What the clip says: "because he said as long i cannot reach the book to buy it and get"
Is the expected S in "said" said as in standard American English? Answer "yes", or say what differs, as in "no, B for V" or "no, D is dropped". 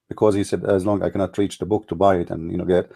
yes